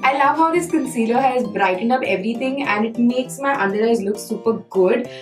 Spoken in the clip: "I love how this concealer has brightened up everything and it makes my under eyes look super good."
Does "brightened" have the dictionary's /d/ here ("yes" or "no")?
no